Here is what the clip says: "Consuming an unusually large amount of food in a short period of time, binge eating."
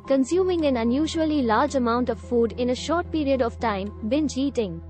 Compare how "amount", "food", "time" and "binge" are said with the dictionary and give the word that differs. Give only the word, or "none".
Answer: binge